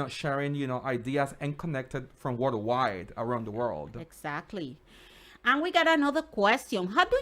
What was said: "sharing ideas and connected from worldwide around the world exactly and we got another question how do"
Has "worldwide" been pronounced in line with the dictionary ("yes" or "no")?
no